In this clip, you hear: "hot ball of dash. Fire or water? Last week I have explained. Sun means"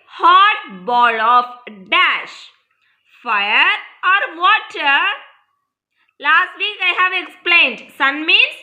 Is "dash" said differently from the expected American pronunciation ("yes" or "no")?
no